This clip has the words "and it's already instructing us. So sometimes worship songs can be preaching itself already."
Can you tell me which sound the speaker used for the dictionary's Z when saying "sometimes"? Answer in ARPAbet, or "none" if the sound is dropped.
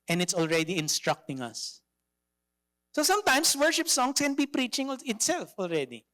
S